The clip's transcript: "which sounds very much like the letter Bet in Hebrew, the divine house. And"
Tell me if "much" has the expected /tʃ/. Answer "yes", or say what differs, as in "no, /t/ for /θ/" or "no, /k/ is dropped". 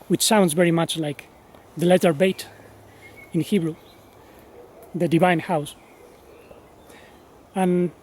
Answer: yes